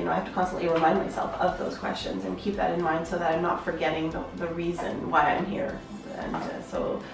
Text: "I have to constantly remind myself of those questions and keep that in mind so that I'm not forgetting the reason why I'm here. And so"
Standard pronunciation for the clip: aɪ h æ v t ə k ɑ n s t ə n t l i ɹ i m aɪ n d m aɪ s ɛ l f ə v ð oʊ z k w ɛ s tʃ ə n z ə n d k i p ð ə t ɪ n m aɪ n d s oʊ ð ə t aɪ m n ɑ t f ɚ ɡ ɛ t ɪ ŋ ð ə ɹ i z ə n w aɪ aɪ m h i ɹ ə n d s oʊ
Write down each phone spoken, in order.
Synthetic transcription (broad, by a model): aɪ h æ f t ə k ɑ n s t ə n t l i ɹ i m aɪ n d m aɪ s ɛ l f ə v ð oʊ z k w ɛ s tʃ ə n z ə n k i p ð ə t ɪ n m aɪ n d s oʊ ð ə t aɪ m n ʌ t f ɚ ɡ ɛ t ɪ ŋ ð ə ɹ i z ə n w aɪ aɪ m h i ɹ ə n s oʊ